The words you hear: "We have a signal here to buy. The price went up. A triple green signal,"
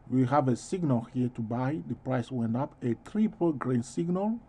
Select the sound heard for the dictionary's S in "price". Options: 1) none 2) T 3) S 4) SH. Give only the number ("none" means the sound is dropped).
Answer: 3